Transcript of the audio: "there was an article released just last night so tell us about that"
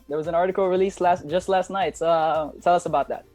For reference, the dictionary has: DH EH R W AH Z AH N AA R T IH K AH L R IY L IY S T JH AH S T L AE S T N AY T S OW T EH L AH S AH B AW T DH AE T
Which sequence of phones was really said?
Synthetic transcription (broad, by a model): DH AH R W AH Z AH N AA R T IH K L R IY L IY S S JH AH S T L AE S T N AY T S OW T EH L AH S AH B AW T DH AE T